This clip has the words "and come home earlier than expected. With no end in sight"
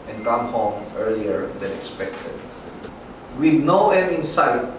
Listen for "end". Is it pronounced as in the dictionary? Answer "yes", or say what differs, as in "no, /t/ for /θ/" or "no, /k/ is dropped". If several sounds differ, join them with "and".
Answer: no, /d/ is dropped